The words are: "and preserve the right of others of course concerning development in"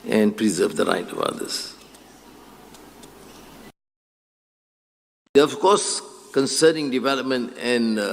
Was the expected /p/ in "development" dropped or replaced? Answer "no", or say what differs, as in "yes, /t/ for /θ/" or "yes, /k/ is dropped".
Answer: no